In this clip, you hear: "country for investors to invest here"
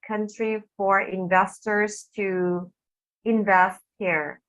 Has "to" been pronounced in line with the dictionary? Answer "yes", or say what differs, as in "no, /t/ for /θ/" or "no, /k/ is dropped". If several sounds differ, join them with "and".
yes